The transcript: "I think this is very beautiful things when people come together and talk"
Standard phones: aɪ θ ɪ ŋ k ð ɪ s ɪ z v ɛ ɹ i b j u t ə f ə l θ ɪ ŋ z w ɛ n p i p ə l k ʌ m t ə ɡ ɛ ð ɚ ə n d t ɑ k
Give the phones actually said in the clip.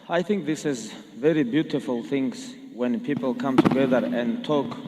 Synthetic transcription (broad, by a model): aɪ θ ɪ ŋ k ð ɪ s ɪ z v ɛ ɹ i b j u t ə f ə l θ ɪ ŋ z w ɛ n p i p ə l k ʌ m t ə ɡ ɛ ð ɚ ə n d t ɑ k